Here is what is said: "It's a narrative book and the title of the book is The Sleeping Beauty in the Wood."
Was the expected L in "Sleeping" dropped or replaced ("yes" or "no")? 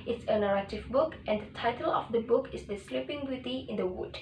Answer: no